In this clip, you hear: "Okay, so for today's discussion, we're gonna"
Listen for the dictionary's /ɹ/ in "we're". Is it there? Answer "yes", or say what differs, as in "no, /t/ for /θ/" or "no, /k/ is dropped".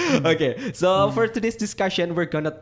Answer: yes